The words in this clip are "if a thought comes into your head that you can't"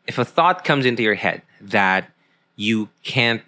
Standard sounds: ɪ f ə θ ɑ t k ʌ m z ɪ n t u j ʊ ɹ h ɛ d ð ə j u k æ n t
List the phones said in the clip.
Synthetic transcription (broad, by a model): ɪ f ə θ ɑ t k ʌ m z ɪ n t u j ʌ ɹ h ɛ d ð ə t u k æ n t